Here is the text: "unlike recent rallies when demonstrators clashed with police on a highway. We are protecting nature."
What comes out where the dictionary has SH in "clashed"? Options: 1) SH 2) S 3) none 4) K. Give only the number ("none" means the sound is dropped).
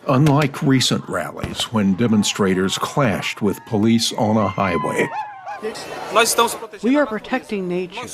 1